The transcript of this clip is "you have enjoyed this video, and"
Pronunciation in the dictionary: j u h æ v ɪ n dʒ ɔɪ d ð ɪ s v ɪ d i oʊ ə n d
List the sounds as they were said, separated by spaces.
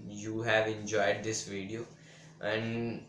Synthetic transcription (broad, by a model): j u h æ v ɪ n dʒ ɔɪ d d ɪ s v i d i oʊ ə n d